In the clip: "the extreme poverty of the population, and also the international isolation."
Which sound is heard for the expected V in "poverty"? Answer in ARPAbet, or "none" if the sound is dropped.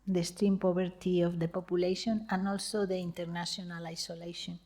B